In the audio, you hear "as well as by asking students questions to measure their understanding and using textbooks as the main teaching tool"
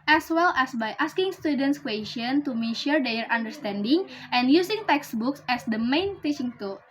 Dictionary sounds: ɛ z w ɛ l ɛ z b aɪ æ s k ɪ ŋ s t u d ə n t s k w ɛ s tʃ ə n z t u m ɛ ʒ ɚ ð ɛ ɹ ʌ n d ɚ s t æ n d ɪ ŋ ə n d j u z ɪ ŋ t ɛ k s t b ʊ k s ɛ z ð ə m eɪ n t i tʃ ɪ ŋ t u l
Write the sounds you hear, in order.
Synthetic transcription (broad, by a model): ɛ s w ɛ l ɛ s b aɪ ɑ s k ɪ ŋ s t u d ə n t s k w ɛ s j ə n t u m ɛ ʃ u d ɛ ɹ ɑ n d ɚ s t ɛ n d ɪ ŋ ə n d j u s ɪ ŋ t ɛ k s b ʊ k s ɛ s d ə m eɪ n t i tʃ ɪ ŋ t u